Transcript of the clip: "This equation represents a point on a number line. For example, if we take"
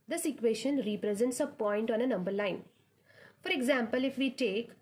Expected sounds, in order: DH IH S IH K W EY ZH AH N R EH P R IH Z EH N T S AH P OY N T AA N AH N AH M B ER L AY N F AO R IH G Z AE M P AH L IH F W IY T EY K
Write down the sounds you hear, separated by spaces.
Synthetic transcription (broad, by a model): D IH S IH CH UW EY SH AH N R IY P R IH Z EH N T S AH P OY N T AA N AH N AH M B ER L AY N F AO R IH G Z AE M P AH L IH F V IY T EY K